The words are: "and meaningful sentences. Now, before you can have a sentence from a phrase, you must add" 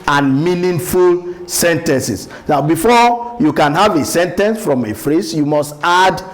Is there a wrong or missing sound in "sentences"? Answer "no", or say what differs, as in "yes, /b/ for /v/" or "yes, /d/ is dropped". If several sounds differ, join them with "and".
yes, /s/ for /z/